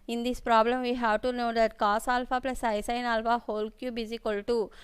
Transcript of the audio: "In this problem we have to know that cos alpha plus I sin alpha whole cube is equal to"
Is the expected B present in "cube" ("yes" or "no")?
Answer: yes